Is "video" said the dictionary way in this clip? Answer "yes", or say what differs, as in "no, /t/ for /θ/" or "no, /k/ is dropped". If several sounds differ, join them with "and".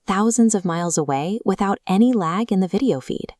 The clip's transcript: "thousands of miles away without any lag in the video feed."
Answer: yes